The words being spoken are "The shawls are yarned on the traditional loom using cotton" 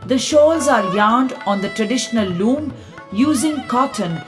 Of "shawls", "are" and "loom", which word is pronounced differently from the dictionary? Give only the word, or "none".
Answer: none